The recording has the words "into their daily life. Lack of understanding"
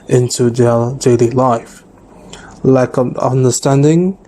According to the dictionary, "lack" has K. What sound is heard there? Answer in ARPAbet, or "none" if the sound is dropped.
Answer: none